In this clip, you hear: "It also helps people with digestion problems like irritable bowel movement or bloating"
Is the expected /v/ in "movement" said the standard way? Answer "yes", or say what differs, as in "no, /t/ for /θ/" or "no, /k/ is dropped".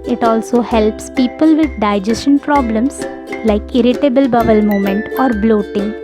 no, /v/ is dropped